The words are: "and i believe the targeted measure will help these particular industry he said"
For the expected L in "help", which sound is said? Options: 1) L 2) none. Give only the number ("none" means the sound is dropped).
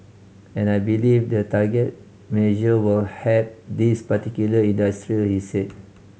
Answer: 2